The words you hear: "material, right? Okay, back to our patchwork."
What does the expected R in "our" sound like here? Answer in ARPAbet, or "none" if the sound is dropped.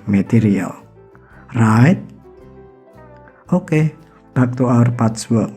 R